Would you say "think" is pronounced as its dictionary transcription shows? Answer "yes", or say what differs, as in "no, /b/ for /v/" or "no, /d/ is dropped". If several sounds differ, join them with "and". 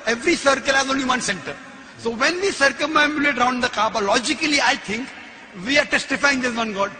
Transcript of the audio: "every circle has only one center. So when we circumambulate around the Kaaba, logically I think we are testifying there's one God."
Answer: no, /t/ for /θ/